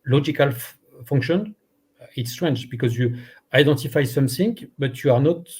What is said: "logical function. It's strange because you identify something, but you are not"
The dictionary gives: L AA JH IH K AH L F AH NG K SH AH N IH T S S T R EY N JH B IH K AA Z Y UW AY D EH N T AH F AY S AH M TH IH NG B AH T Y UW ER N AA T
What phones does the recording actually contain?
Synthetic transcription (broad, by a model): L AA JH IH K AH L F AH NG K SH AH N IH T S S T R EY N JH B IH K AA Z Y UW AY D EH N T AH F AY S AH M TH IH NG B AH T Y UW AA N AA T